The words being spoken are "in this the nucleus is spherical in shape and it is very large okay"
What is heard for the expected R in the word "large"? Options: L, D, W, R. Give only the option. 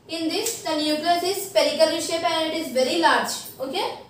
R